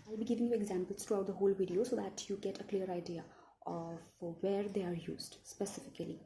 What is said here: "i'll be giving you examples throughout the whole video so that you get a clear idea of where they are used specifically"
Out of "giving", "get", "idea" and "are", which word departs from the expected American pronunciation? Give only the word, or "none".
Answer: none